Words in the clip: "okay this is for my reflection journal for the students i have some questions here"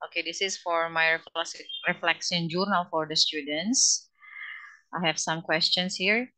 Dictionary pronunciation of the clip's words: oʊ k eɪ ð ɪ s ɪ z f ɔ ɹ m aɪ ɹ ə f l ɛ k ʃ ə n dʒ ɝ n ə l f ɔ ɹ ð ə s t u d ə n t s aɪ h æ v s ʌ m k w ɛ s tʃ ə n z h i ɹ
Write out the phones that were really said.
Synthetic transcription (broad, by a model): oʊ k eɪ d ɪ s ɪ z f ɔ ɹ m aɪ ɹ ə f l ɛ k s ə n dʒ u n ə l f ɔ ɹ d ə s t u d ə n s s aɪ h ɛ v s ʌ m k w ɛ s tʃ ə n s h i ɹ